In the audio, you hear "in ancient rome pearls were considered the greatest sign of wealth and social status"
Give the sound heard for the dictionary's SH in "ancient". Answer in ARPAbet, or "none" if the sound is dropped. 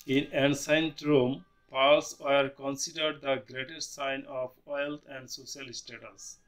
S